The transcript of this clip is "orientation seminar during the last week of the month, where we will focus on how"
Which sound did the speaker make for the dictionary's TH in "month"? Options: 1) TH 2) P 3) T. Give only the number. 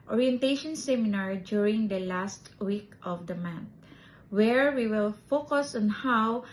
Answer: 3